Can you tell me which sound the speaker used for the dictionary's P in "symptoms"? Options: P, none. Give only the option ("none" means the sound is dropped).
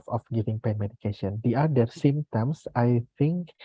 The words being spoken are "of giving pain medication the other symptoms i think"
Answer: none